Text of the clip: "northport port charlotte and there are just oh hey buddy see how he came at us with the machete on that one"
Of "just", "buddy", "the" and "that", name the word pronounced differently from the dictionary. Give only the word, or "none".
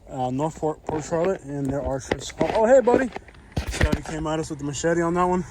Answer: just